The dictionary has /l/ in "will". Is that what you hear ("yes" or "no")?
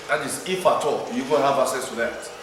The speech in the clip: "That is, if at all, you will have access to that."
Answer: no